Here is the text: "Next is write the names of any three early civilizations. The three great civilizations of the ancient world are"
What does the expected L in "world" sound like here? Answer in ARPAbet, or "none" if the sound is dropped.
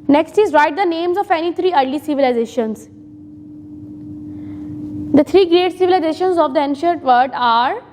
none